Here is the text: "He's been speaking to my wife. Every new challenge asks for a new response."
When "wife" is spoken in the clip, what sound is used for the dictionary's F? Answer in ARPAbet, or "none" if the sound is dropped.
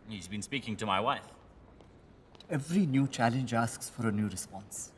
F